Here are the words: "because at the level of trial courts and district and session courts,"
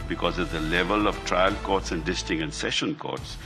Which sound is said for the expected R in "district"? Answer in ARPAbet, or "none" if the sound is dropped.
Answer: none